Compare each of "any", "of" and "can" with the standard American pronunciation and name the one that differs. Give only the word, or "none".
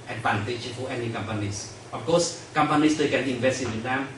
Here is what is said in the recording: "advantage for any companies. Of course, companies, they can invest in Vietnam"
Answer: of